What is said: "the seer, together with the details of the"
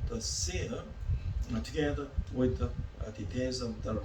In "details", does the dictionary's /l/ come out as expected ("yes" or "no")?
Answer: no